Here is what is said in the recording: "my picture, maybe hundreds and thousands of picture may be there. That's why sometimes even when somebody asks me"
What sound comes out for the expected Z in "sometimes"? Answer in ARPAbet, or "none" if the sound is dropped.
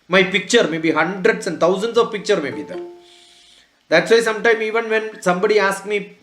none